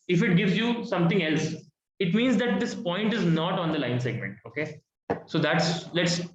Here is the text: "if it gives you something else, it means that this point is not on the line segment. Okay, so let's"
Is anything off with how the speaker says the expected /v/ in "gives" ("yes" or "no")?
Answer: no